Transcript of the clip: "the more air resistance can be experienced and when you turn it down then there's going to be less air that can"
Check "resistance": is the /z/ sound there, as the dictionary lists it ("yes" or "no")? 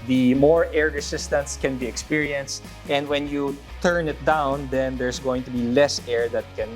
no